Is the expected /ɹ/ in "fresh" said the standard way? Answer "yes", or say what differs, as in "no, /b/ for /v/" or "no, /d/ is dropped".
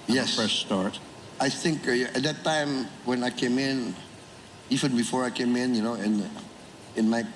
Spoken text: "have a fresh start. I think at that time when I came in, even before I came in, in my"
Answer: no, /ɹ/ is dropped